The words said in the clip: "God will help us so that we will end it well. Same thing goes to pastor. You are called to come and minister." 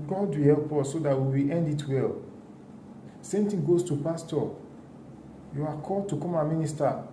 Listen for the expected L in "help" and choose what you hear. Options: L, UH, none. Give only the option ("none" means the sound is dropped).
L